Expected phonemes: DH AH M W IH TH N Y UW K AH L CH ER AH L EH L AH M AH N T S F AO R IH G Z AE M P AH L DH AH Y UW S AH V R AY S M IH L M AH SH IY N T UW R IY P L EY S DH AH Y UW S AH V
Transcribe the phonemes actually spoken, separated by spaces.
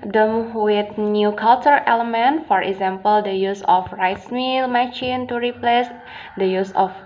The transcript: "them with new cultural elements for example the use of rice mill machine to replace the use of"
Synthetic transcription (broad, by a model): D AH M W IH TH N Y UW K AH L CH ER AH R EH L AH M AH N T F AO R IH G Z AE M P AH L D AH Y UW S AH F R AY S M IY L M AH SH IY N T UW R IY P L EY S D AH Y UW S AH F